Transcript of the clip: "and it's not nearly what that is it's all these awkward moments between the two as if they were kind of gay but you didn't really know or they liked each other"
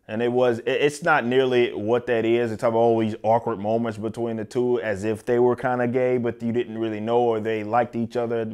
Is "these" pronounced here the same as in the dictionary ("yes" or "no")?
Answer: yes